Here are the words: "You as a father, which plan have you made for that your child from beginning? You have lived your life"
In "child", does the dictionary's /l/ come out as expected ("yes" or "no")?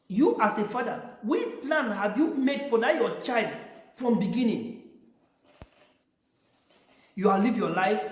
yes